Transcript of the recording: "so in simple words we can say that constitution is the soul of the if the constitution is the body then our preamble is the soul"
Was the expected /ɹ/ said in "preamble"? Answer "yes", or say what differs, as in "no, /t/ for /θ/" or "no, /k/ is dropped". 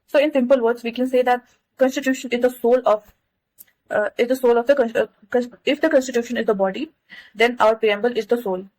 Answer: no, /ɹ/ is dropped